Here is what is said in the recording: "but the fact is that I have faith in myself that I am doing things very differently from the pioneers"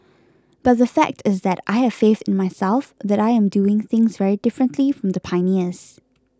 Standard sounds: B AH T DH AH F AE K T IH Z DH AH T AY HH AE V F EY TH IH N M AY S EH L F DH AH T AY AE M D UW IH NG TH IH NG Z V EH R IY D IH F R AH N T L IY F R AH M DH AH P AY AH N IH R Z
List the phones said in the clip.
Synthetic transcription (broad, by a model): B AH T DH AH F AE K T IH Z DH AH T AY HH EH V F EY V IH N M AY S EH L F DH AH T AY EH M D UW IH NG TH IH NG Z V EH R IY D IH F R AH N T L IY F R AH M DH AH P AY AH N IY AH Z